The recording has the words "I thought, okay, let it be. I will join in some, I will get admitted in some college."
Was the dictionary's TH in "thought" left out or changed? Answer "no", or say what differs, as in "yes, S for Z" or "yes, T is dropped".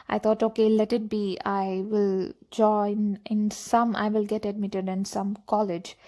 yes, T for TH